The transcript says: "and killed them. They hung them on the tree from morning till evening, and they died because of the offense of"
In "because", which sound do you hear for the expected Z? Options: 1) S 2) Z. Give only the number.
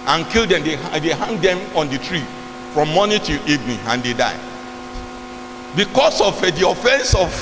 1